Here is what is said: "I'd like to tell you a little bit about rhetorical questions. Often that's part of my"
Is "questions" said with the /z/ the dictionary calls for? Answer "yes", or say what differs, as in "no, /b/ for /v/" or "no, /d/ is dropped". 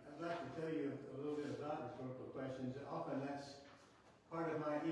yes